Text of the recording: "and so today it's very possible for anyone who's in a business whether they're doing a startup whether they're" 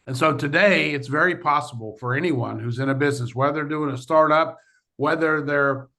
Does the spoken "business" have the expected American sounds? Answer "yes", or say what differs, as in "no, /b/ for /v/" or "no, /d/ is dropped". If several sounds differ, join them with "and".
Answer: yes